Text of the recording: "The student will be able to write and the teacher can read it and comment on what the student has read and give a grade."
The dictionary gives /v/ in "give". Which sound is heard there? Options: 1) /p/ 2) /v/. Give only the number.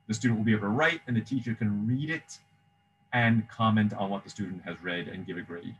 2